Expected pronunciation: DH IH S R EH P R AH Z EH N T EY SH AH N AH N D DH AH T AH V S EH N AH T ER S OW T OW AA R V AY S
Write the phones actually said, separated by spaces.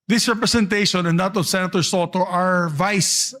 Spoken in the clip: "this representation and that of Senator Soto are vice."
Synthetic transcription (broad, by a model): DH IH S R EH P R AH S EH N T EY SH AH N AH N D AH T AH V S EH N AH T ER S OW T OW AA R V AY S